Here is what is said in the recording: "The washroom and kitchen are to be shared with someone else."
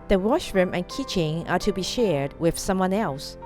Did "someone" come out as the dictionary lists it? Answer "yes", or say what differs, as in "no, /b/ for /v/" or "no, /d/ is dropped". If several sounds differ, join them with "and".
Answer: yes